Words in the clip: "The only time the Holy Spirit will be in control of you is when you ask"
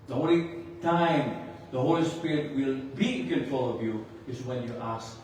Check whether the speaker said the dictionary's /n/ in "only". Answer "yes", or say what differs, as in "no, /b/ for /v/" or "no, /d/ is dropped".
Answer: no, /n/ is dropped